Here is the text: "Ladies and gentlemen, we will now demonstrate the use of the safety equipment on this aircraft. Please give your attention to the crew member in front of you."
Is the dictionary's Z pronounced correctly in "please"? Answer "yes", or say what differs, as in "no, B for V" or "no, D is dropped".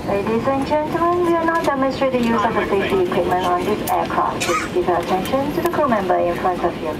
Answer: no, S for Z